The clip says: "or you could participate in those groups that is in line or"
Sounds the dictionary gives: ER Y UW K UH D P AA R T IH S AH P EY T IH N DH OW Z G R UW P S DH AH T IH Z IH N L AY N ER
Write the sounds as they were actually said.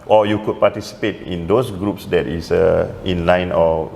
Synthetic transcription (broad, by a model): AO Y UW K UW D P AA T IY S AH P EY T IH N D OW S G R UW P S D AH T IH S IH N L AY N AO